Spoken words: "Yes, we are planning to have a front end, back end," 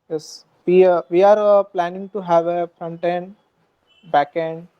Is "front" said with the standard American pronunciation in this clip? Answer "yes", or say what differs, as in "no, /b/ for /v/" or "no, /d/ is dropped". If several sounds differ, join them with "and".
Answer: yes